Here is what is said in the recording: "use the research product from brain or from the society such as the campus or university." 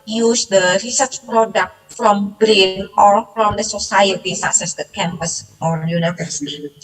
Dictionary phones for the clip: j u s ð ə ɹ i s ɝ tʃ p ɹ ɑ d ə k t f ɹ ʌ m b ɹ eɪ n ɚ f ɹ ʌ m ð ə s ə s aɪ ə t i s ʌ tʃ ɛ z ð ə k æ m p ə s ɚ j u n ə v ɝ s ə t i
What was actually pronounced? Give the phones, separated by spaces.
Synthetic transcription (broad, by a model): j u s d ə ɹ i s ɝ tʃ p ɹ ɑ d ə k t f ɹ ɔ m b ɹ eɪ n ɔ f ɹ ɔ m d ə s ə s aɪ ə t i s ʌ s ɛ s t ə k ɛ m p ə s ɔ j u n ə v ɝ s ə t